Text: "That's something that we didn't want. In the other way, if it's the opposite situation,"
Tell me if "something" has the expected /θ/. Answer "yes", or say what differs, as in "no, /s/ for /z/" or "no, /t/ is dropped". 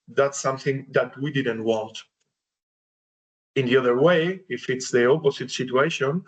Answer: yes